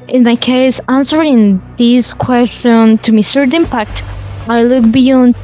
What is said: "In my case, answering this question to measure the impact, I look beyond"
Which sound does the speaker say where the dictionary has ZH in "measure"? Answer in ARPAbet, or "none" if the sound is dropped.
S